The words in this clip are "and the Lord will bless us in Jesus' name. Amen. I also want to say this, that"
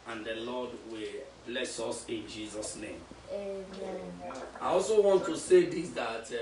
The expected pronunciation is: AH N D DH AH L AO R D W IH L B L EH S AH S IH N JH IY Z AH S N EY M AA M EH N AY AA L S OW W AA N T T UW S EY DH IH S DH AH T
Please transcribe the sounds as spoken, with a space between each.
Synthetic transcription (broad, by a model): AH N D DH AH L AO D W IH L B L EH S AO S IH N JH IY Z AH S N EY M AA IH AA L S OW W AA N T T UW S EY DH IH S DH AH T